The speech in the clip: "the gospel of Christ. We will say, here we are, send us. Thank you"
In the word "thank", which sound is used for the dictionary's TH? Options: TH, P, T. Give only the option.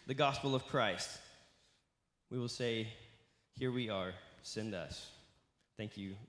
TH